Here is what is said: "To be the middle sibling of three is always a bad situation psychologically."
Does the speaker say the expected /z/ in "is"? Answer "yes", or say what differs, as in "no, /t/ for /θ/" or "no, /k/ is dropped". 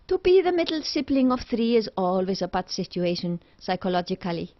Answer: yes